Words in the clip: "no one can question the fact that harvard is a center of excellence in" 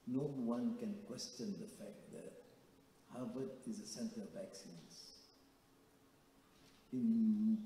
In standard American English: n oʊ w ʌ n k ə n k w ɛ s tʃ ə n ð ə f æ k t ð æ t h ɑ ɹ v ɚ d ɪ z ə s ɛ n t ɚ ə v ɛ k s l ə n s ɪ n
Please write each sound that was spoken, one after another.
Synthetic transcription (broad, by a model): n oʊ w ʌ n k ə n k w ɛ s tʃ ə n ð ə f æ k t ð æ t h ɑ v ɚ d ɪ z ə s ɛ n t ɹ ə v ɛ k s ə n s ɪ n